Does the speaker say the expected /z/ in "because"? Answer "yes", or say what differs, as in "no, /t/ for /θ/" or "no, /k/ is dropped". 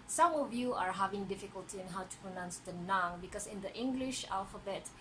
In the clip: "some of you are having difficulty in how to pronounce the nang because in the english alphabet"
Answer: no, /s/ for /z/